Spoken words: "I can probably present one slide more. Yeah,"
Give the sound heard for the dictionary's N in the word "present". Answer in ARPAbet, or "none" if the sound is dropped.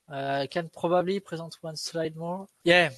none